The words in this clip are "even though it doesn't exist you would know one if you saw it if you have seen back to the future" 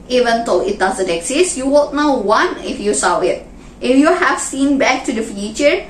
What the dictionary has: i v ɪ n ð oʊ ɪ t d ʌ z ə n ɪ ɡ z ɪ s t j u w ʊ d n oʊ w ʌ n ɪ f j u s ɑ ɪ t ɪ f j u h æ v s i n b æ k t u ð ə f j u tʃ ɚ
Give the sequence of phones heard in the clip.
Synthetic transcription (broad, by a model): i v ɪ n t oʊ ɪ t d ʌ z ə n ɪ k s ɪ s j u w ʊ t n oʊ w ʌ n ɪ f j u s ɑ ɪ t ɪ f j u h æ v s i n b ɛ k t u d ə f j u tʃ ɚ